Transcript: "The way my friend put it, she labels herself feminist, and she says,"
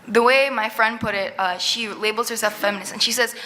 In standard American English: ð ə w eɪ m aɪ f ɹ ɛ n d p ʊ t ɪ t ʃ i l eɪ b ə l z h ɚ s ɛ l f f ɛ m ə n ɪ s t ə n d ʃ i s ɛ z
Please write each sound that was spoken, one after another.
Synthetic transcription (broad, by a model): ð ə w eɪ m aɪ f ɹ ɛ n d p ʊ t ɪ t ʃ i l eɪ b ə l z h ɚ s ɛ l f f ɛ m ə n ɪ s ə n ʃ i s ɛ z